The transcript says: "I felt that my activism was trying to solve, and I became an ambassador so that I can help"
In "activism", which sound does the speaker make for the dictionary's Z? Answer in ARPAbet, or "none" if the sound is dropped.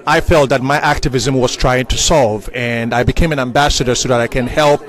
Z